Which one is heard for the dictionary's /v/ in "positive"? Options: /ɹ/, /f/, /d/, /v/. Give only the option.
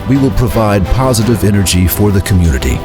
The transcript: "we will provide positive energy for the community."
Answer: /v/